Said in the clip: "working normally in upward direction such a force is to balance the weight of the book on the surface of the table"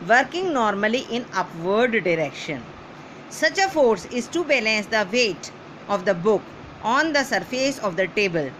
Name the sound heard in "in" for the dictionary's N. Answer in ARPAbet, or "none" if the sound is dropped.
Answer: N